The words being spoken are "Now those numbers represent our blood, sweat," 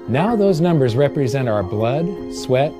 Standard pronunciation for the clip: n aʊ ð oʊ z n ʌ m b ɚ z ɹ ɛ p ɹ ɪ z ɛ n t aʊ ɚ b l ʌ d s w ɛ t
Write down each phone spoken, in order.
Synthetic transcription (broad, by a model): n aʊ ð oʊ z n ʌ m b ɚ z ɹ ɛ p ɹ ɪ z ɛ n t aʊ ɚ b l ʌ d s w ɛ t